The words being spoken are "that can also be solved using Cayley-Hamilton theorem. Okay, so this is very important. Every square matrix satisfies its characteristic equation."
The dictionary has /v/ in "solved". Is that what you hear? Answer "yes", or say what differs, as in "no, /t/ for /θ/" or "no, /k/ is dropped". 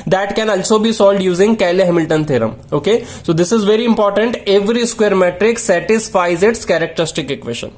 no, /v/ is dropped